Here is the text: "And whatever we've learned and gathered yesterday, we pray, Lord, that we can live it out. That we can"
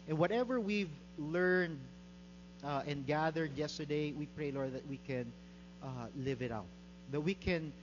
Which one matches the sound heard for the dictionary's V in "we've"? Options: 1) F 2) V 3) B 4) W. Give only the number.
2